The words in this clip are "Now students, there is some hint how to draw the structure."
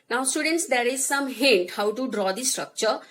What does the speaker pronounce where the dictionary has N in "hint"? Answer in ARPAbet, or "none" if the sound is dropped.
none